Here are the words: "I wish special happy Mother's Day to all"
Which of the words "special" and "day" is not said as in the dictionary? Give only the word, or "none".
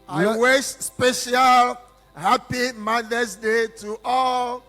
none